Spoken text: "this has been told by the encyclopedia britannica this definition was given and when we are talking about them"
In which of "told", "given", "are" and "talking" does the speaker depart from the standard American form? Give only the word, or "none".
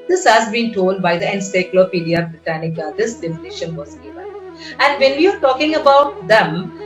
given